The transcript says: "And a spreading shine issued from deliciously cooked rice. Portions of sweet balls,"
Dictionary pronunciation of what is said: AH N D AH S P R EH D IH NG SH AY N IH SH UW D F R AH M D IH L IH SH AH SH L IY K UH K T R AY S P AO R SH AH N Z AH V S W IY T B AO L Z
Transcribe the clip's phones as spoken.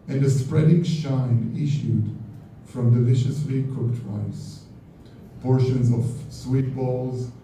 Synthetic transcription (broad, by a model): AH N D AH S P R EH D IH NG SH AY N IH SH UW D F R AH M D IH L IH SH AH S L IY K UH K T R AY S P AO R SH AH N Z AH V S W IY T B AO L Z